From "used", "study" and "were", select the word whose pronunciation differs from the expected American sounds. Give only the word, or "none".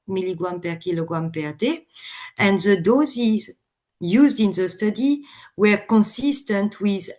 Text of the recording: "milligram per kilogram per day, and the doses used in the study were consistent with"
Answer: none